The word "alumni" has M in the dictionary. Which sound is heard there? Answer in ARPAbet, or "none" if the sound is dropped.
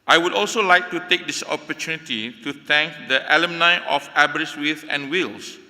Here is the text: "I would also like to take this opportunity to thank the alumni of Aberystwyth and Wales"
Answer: M